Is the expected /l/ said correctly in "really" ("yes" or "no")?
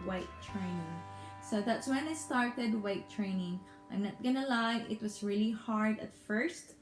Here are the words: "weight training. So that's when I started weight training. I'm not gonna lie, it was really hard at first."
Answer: yes